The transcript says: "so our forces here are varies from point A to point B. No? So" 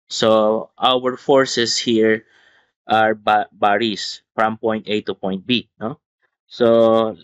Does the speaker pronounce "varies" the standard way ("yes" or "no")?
no